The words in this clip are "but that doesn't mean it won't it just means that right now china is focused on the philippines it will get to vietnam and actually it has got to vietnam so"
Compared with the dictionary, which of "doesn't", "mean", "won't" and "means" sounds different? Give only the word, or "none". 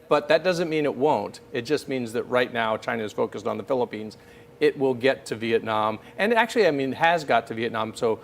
none